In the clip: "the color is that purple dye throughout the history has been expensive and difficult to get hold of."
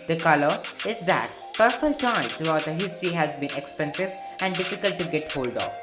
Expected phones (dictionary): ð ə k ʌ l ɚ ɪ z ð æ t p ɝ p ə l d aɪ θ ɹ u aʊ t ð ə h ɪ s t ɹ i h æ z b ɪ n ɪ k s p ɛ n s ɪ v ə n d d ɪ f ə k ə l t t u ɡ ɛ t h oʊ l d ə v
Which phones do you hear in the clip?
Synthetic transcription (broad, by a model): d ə k ʌ l ɚ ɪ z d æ t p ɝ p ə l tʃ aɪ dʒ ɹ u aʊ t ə h ɪ s t ɹ i h æ z b ɪ n ɪ k s p ɛ n s ɪ v ə n d d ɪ f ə k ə l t t u ɡ ɛ t h oʊ l d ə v